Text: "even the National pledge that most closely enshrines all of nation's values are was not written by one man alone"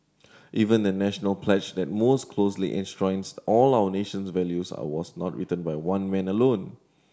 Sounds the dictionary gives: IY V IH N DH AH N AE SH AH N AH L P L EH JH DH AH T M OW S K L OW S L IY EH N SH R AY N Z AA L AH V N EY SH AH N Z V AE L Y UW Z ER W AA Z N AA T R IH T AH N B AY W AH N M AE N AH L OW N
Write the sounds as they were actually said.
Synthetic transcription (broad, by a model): IY V IH N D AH N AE SH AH N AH L P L EH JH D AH T M OW S K L OW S L IY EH N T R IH N S AA L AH W N EY SH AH N S V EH L Y UW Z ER W AA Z N AA T R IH T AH N B AY W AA N M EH N AH L OW N